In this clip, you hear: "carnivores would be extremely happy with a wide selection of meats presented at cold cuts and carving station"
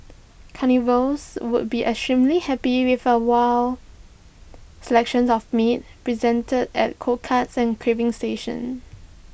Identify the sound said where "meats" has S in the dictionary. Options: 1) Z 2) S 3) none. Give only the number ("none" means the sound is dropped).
3